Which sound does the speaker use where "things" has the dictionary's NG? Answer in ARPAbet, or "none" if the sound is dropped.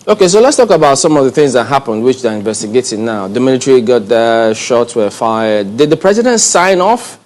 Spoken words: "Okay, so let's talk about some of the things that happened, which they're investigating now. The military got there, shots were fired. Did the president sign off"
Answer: NG